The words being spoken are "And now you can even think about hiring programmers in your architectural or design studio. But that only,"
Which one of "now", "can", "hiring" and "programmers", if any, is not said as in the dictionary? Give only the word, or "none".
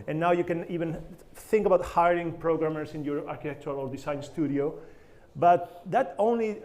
programmers